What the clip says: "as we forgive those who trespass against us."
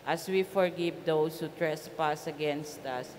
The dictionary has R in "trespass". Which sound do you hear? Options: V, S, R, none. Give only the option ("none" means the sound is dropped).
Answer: R